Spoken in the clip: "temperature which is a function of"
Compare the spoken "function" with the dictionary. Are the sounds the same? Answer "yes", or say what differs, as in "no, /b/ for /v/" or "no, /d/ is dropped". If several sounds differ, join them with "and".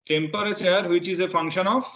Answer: yes